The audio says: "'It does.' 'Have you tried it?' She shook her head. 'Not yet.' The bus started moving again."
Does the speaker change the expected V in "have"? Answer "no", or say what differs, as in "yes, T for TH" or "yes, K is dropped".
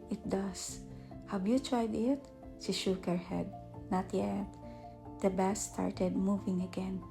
yes, W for V